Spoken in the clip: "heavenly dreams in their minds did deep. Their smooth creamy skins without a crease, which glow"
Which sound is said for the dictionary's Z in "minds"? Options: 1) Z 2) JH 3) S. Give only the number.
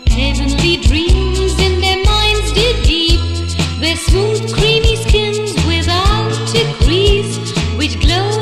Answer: 1